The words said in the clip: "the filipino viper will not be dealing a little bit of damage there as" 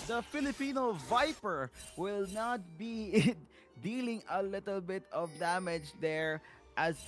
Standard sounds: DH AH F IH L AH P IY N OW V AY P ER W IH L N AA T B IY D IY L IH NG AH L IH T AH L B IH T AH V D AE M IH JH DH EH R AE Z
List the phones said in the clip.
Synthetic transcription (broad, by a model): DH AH F IH L AH P IY N OW V AY P ER W IH L N AA T B IY D IY L IH NG AH L IH T AH L B IH T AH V D AE M IH JH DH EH R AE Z